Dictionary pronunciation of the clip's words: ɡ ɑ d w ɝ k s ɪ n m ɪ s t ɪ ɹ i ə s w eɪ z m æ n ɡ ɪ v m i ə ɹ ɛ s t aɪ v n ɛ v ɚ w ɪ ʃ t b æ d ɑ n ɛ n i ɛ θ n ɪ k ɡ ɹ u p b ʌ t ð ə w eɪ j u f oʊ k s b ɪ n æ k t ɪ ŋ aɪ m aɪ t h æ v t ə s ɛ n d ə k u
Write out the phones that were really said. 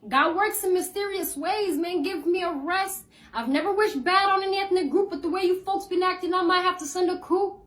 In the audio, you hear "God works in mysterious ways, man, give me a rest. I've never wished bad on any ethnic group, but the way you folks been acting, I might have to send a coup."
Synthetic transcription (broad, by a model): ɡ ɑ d w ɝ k s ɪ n m ɪ s t ɪ ɹ i ə s w eɪ z m æ n ɡ ɪ v m i ə ɹ ɛ s t aɪ v n ɛ v ɚ w ɪ ʃ b æ d n ɛ n i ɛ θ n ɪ ɡ ɹ u p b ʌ t ð ə w eɪ j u f oʊ k s b ɪ n æ k t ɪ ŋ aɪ m aɪ t h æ f t ə s ɛ n d ə k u